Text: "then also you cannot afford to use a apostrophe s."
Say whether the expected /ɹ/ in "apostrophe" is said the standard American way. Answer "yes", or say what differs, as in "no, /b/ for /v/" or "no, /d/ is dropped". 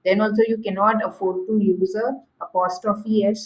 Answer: no, /ɹ/ is dropped